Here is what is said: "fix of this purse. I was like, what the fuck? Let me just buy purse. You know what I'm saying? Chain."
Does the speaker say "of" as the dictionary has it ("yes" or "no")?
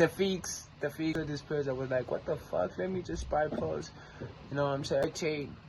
no